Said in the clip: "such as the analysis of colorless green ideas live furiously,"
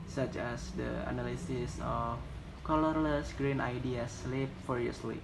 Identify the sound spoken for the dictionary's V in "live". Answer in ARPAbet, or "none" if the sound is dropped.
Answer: P